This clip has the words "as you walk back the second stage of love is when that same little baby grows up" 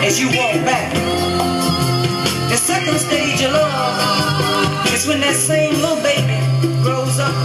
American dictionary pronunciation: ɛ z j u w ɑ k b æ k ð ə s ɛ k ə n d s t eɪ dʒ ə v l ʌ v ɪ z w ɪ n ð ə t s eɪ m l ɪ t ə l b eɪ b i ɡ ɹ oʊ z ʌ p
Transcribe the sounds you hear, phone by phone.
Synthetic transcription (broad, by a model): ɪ z j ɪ w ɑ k b æ k ð ə s ɛ k ə n d s t eɪ dʒ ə l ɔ ɪ z w ɪ n ð ə t s eɪ m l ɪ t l b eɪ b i ɡ ɹ oʊ z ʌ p